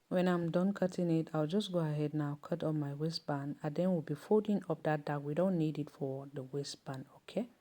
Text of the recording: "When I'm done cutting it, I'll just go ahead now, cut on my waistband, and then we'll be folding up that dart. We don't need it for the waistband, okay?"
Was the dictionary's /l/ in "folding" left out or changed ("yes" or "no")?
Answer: yes